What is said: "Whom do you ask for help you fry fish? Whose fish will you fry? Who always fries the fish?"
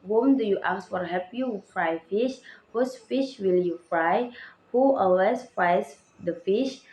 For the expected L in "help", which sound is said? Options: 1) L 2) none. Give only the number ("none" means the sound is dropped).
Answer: 2